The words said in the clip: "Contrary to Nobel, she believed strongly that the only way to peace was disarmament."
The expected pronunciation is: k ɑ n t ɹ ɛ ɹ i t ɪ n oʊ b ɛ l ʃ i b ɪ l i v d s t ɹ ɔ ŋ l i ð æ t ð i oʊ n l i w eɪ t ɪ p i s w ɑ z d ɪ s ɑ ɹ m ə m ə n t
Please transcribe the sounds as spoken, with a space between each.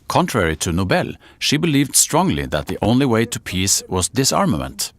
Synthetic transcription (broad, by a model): k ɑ n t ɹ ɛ ɹ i t ɪ n oʊ b ɛ l ʃ i b ɪ l i v d s t ɹ ɔ ŋ l i ð æ t ð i oʊ n l i w eɪ t ɪ p i s w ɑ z d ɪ s ɑ ɹ m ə m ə n t